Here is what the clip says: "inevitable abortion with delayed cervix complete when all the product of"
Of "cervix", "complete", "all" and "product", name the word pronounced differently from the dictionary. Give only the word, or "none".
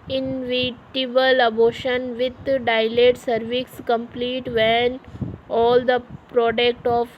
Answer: none